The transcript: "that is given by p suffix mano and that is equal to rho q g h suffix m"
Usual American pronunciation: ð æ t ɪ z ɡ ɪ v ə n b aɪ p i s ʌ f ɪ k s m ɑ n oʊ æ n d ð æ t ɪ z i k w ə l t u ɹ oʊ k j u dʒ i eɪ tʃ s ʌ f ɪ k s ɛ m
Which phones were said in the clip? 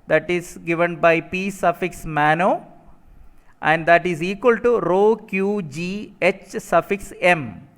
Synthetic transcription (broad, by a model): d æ t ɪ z ɡ ɪ v ə n b aɪ p i s ʌ f ɪ k s m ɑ n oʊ æ n d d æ t ɪ z i k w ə l t u ɹ oʊ k j u dʒ i eɪ tʃ s ʌ f ɪ k s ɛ m